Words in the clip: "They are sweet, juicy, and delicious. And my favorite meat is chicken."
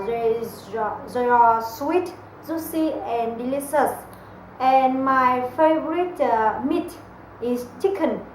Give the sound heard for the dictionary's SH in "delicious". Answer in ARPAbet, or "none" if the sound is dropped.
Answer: S